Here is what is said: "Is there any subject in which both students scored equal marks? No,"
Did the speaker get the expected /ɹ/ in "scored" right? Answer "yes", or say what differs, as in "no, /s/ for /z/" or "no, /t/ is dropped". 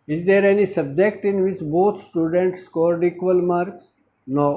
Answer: yes